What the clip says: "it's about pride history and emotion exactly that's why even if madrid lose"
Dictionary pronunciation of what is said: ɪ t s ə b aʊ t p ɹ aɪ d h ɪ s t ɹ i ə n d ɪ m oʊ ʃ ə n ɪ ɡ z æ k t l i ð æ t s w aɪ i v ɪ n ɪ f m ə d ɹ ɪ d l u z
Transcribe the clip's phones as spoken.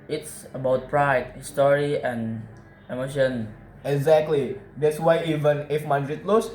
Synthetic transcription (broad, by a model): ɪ t s ə b aʊ t p ɹ aɪ d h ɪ s t ɹ i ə n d ɪ m oʊ ʃ ə n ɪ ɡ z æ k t l i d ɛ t s w aɪ i v ɪ n ɪ f m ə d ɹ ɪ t l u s